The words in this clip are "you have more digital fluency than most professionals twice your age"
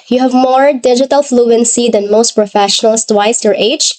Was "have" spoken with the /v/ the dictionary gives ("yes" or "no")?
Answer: yes